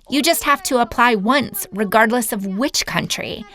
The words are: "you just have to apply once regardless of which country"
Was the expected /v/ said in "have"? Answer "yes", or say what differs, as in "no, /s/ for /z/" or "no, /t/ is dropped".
no, /f/ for /v/